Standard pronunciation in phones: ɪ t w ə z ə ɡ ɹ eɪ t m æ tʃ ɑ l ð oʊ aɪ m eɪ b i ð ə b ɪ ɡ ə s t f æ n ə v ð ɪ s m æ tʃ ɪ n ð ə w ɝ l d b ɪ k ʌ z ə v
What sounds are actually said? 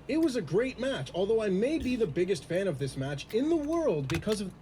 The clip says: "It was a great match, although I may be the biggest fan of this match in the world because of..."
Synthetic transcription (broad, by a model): ɪ t w ə z ə ɡ ɹ eɪ t m æ tʃ ɑ l ð oʊ aɪ m eɪ b i ð ə b ɪ ɡ ə s t f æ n ə v ð ɪ s m æ tʃ ɪ n ð ə w ɝ l d b ɪ k ʌ z ə v